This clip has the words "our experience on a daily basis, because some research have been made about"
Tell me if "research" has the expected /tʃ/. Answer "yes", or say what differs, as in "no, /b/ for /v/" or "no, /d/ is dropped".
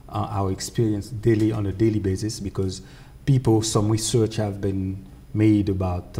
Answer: yes